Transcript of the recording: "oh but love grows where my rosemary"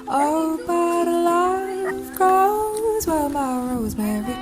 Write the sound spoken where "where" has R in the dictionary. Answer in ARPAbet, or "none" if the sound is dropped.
L